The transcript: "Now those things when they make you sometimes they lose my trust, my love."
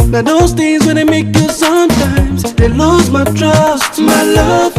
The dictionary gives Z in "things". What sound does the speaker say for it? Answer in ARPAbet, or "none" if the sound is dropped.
Z